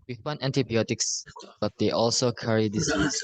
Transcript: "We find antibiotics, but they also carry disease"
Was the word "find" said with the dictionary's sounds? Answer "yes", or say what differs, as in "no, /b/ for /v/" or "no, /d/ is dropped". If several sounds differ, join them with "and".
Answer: no, /d/ is dropped